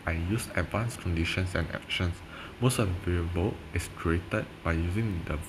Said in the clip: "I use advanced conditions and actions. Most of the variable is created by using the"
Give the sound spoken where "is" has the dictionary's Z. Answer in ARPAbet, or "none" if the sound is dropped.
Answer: S